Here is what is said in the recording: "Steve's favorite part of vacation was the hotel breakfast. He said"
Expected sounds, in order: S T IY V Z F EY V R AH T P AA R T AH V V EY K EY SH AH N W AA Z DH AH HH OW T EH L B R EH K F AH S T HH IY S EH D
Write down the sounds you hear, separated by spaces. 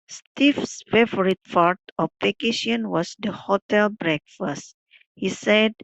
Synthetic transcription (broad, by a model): S T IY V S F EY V R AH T F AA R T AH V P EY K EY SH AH N W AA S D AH HH OW T EH L B R EH K F AH S T HH IY S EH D